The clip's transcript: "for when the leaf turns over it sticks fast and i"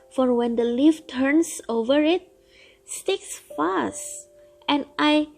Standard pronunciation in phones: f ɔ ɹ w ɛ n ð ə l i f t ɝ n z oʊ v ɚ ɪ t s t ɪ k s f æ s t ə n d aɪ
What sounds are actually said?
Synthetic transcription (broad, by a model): f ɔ ɹ w ɛ n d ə l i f t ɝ n s oʊ v ɚ ɪ t s t ɪ k s f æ s t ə n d aɪ